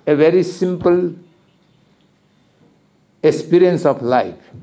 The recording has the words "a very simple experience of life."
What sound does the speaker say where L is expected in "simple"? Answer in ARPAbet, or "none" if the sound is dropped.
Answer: L